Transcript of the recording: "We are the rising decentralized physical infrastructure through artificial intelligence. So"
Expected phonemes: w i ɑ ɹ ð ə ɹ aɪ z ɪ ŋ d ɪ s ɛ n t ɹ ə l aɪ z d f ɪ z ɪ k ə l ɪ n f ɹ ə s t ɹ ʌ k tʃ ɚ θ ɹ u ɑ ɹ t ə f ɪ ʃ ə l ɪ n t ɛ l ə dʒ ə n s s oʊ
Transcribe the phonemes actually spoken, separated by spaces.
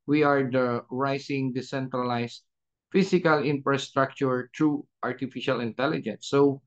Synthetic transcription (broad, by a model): w i ɑ ɹ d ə ɹ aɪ s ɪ ŋ d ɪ s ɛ n t ɹ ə l aɪ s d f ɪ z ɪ k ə l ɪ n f ɹ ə s t ɹ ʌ k tʃ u t ɹ u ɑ ɹ t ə f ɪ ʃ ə l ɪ n t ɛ l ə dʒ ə n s s oʊ